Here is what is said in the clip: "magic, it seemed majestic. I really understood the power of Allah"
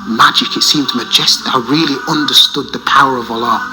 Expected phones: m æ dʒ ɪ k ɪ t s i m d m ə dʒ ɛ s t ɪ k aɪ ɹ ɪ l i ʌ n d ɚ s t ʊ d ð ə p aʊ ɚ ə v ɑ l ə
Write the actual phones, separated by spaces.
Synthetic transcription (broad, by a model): m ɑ dʒ ɪ k ɪ t s i m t m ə dʒ ɛ s t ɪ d aɪ ɹ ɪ l i ʌ n d ɚ s t ʊ d ð ə p aʊ ɚ ə v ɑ l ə